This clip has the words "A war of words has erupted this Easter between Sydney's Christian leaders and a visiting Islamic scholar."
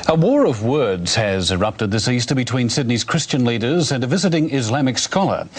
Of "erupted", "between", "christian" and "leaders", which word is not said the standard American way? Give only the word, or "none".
none